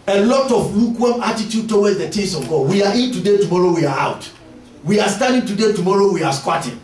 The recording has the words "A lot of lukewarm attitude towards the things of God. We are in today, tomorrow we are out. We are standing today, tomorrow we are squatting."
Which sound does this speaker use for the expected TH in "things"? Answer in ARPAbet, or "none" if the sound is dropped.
T